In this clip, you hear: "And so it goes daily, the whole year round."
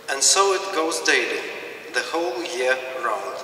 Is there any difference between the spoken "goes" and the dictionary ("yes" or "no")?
no